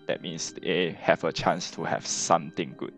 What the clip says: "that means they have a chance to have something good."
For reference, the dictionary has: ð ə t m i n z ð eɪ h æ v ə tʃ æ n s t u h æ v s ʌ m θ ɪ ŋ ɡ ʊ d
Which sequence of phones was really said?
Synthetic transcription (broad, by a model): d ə t m i n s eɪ h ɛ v ə tʃ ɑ n s t u h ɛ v s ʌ m t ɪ ŋ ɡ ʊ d